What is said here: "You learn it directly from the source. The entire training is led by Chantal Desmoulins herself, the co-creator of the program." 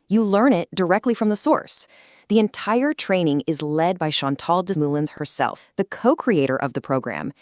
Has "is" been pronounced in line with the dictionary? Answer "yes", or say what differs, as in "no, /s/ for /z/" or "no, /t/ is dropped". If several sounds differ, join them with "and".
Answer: yes